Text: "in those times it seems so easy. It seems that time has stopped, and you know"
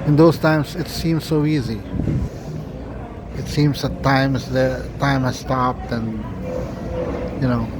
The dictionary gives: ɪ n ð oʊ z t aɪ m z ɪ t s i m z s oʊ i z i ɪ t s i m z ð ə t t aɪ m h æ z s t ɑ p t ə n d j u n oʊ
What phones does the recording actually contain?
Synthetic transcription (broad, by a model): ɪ n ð oʊ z t aɪ m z ɪ t s i m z s oʊ i z i ɪ t s i m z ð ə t t aɪ m h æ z s t ɑ p t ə n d j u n oʊ